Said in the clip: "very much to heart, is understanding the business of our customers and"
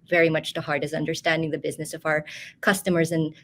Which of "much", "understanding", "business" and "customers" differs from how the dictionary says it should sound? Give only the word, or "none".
none